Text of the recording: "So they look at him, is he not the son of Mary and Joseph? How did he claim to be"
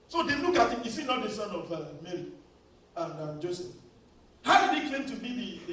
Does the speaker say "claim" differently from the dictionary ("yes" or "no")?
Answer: yes